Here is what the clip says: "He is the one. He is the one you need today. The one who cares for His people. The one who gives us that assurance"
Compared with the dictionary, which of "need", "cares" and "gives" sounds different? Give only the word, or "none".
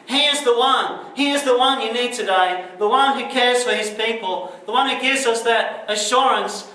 none